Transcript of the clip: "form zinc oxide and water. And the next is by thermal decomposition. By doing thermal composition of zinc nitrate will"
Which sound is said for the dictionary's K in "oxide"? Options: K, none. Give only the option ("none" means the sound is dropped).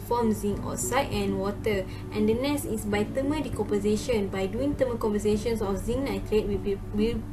none